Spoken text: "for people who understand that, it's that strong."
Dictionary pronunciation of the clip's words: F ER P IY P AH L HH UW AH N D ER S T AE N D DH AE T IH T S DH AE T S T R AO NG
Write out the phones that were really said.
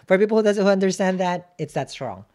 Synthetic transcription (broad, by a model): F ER P IY P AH N HH UW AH N D ER S T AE N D DH AE T IH T S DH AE T S T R AO NG